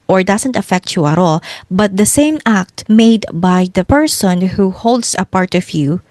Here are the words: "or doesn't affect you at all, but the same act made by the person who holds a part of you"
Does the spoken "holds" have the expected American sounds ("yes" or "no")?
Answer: no